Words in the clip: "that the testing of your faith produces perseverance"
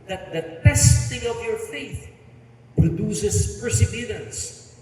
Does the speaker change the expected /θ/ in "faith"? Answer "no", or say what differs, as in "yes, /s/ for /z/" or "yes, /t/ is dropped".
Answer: no